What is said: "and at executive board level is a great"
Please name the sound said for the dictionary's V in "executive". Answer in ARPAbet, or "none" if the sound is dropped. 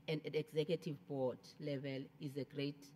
V